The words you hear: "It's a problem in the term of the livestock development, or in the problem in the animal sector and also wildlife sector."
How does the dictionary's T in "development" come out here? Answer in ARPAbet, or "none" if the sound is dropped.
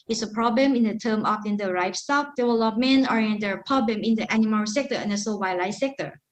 none